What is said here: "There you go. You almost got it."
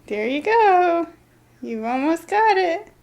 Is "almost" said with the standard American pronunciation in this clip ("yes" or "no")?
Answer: yes